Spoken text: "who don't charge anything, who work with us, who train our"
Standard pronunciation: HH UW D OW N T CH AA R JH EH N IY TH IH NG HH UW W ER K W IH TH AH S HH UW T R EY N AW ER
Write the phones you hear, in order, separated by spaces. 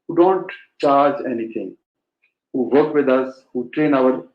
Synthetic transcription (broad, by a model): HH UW D OW N T CH AA R JH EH N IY T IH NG HH UW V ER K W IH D AH S HH UW T R EY N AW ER